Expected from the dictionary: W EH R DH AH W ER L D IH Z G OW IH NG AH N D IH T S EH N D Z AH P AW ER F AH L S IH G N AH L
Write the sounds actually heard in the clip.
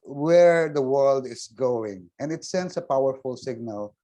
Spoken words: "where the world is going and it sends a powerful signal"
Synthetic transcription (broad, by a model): W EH R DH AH W ER L D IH S G OW IH NG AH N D IH T S EH N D S AH P AW ER F AH L S IH G N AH L